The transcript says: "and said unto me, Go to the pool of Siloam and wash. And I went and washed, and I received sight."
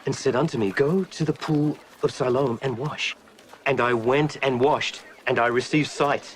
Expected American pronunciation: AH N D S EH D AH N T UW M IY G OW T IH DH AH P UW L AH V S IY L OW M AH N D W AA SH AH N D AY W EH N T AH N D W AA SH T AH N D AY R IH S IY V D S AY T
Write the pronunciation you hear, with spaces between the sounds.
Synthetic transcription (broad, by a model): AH N S EH D AH N T UW M IY G OW T IH DH AH P UW L AH V S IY L OW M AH N W AA SH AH N AY W EH N T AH N W AA SH T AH N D AY R IH S IY V D S AY T